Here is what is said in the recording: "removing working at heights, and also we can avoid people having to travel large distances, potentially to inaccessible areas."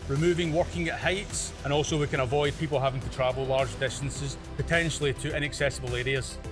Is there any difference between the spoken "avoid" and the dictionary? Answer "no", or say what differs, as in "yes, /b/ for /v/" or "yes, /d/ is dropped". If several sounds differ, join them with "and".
no